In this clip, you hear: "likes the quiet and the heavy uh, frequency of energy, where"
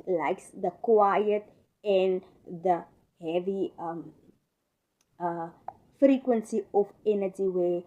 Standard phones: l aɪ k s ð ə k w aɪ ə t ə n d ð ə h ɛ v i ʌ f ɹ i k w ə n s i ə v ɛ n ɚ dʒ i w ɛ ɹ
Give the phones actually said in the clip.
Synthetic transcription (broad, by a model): l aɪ k s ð ə k w aɪ ə t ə n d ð ə h ɛ v i ʌ f ɹ i k w ə n s i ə f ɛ n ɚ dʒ i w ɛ